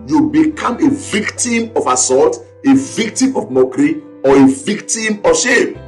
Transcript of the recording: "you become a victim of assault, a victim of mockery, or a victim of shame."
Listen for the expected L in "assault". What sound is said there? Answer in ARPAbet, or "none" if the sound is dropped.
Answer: none